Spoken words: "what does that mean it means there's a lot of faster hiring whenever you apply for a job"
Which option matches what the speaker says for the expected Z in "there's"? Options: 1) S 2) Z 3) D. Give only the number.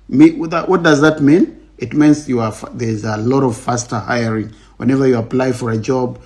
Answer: 2